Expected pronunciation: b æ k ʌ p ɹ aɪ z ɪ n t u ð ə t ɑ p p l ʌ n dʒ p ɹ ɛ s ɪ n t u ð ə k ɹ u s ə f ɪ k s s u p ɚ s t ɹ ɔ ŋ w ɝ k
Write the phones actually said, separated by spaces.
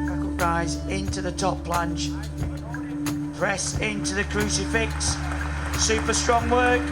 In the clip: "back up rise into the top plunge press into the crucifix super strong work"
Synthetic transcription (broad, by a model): ɹ aɪ z ɪ n t u ð ə t ɑ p p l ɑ n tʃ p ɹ ɛ s ɪ n t u ð ə k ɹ u s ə f ɪ k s s u p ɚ s t ɹ ɔ ŋ w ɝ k